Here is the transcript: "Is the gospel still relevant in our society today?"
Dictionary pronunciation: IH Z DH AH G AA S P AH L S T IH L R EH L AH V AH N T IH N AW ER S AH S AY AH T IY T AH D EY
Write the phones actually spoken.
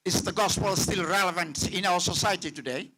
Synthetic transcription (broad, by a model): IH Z DH AH G AA S P AH L S T IH L R EH L AH V AH N T IH N AW ER S AH S AY AH T IY T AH D EY